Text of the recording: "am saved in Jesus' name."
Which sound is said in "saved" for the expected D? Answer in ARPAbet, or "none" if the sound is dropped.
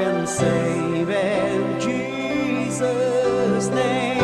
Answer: none